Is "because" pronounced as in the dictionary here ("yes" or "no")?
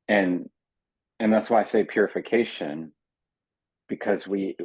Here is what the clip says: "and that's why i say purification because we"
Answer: yes